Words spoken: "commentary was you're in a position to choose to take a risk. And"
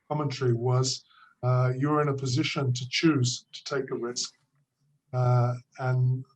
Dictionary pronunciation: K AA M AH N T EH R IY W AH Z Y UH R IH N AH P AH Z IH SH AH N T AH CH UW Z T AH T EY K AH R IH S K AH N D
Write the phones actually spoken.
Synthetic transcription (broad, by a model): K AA M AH N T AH R IY W AH Z Y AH R IH N AH P AH Z IH SH AH N T AH CH UW Z T AH T EY K AH R IH S K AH N